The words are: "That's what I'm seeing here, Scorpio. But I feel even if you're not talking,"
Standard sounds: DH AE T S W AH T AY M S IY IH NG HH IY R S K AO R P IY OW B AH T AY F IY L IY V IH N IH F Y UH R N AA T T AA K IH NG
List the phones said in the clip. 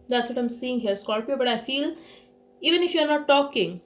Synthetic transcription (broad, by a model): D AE T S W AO T AY M S IY IH NG HH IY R S K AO L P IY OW B AH T AY F IY L IY V IH N IH F Y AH R N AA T T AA K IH NG